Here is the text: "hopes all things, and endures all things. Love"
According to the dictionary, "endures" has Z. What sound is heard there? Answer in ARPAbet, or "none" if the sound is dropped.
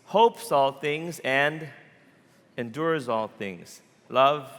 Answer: Z